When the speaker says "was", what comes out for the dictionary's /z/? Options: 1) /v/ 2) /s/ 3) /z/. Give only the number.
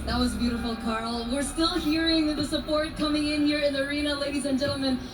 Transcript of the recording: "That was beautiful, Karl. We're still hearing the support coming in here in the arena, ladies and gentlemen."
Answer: 3